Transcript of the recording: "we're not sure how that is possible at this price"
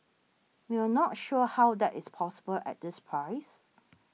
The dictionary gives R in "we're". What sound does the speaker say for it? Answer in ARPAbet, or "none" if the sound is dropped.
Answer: W